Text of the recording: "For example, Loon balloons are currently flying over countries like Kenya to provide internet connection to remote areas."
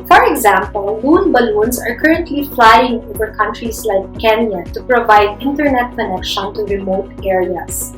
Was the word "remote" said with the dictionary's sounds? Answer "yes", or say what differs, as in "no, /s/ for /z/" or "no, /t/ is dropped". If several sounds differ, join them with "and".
yes